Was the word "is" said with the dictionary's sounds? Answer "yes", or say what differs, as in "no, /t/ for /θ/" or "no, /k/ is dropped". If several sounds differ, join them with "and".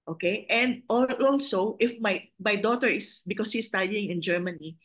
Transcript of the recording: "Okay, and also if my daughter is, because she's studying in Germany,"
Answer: no, /s/ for /z/